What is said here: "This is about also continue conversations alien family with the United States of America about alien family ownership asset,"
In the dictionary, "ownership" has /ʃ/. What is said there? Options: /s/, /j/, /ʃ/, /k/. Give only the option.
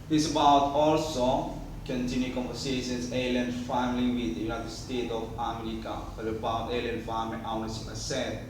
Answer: /s/